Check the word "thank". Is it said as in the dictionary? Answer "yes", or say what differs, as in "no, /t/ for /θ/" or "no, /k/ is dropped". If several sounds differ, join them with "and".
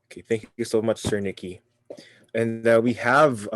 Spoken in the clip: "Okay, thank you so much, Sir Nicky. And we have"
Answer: yes